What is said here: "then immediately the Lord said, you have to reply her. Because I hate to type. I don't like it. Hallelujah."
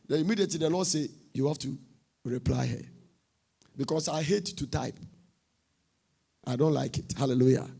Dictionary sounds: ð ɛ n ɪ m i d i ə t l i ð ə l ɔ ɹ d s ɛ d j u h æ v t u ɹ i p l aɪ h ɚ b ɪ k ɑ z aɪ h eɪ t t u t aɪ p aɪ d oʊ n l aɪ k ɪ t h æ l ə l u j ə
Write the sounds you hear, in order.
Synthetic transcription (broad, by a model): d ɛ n ɪ m i d i ə t l i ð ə l ɔ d s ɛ j u h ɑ f t u ɹ i p l aɪ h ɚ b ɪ k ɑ s aɪ h eɪ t t u t aɪ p aɪ d oʊ n l aɪ k ɪ t h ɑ l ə l u j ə